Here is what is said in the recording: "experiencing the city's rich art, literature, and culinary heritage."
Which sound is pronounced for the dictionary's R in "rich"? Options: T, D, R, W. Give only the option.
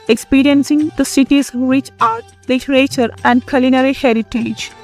W